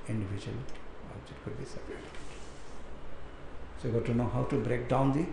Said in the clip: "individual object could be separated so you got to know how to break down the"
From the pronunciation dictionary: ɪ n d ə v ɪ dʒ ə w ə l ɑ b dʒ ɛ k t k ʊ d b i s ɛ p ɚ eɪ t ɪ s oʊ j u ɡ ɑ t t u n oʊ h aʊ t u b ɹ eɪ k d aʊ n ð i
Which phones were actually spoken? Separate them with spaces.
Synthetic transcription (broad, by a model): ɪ n d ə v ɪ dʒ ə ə l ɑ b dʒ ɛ t k ʊ d b i s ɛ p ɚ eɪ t s oʊ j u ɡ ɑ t t u n oʊ h aʊ t u b ɹ eɪ k d aʊ n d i